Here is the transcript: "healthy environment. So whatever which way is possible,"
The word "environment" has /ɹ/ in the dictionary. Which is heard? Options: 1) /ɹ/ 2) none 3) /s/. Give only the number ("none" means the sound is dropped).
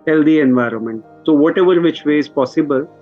1